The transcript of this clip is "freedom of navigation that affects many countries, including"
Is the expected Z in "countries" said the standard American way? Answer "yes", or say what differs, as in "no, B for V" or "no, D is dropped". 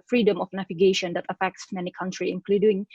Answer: no, Z is dropped